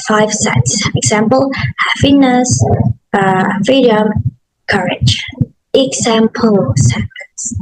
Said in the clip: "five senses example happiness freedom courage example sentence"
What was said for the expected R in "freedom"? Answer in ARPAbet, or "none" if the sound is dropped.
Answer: none